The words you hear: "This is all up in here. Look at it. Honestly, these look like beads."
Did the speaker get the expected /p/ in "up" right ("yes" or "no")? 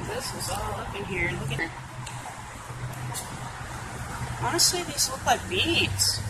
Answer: no